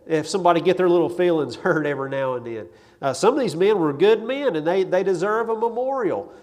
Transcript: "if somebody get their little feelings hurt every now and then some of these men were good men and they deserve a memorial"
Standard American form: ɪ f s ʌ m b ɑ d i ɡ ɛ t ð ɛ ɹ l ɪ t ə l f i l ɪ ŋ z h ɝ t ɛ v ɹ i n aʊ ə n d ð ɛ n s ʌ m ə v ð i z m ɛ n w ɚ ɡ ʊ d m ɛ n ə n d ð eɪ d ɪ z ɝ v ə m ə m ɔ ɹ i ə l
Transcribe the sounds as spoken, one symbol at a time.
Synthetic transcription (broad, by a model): ɪ f s ʌ m b ɑ d i ɡ ɛ t ð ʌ ɹ l ɪ t l f i l ɪ ŋ z h ɝ t ɛ v ɹ i n aʊ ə n ð ɛ n s ʌ m ə v ð i z m ɛ n w ɚ ɡ ʊ d m ɛ n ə n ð ð eɪ d ɪ z ɝ v ə m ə m ɔ ɹ i l